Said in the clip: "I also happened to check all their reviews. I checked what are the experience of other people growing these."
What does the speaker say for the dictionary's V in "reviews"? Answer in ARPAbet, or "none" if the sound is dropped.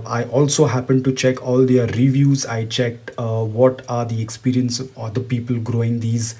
V